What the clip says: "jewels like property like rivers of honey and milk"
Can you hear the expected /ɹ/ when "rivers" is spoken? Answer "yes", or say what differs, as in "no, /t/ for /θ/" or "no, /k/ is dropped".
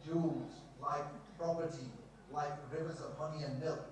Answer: yes